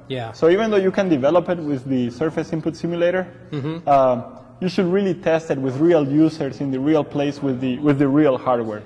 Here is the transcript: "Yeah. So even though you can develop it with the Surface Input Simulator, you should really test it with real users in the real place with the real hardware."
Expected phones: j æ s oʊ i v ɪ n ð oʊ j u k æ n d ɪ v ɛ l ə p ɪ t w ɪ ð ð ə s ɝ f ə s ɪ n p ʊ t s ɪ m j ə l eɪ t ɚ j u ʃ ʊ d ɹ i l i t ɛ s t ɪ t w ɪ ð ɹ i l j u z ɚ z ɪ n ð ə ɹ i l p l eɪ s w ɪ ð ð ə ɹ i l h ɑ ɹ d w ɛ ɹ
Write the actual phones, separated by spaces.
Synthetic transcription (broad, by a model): j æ s oʊ i v ɪ n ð oʊ j u k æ n d ɪ v ɛ l ə p ɪ t w ɪ ð ð ə s ɝ f ə s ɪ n p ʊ t s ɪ m j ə l eɪ t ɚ j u ʃ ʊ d ɹ i l i t ɛ s t ɪ t w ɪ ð ɹ i l j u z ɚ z ɪ n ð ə ɹ i l p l eɪ s w ɪ ð ð ə ɹ i l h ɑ ɹ d w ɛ ɹ